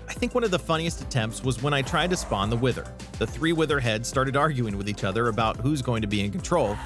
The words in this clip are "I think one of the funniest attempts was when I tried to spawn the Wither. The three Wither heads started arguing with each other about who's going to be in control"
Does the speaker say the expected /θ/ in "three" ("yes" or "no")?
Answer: yes